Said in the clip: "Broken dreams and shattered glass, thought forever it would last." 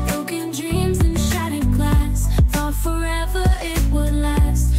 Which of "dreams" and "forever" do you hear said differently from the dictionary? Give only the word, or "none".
none